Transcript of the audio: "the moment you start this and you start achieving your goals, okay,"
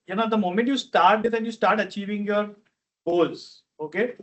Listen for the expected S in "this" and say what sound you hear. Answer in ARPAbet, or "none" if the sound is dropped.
none